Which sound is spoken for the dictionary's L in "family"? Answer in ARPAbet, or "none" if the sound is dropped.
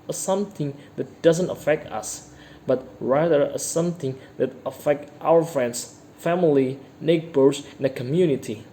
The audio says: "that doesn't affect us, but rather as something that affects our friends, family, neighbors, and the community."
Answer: L